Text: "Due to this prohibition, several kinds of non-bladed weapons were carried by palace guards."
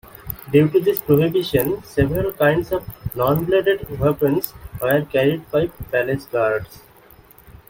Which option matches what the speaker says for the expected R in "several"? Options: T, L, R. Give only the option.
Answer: R